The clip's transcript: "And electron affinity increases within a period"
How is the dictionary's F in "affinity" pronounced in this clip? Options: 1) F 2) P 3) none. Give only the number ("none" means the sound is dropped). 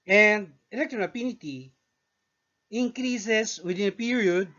2